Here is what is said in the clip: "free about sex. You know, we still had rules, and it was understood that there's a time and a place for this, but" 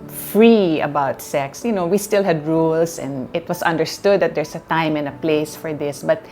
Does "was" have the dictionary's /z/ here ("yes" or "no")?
no